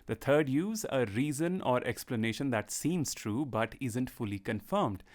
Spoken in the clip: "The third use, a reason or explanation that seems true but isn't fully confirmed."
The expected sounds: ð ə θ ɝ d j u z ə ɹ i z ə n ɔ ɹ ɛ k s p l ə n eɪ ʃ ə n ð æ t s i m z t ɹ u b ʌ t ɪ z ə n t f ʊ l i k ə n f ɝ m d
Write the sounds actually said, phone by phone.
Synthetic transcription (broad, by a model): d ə t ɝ d j u z ə ɹ i z ə n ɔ ɹ ɛ k s p l ə n eɪ ʃ ə n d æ t s i m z t ɹ u b ʌ t ɪ z ə n t f ʊ l i k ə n f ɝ m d